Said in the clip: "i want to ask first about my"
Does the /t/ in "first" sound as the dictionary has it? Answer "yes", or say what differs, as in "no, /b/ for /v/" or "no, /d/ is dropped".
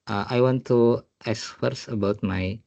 no, /t/ is dropped